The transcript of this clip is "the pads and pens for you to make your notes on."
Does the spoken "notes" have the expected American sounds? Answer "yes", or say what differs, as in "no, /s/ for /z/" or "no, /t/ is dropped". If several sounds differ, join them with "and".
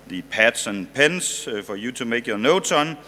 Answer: no, /s/ is dropped